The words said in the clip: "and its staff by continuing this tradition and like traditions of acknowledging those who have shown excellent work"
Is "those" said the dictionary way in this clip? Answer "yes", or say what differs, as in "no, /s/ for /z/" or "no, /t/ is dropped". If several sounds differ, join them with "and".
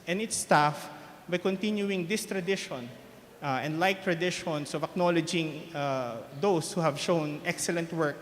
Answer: no, /s/ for /z/